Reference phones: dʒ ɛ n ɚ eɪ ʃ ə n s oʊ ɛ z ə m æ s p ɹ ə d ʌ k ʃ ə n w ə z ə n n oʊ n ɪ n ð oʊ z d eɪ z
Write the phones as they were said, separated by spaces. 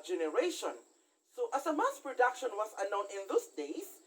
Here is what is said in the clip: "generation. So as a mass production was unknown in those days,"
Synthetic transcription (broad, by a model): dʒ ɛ n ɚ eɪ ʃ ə n s oʊ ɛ s ə m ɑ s p ɹ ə d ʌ k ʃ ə n w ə s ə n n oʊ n ɪ n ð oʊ s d eɪ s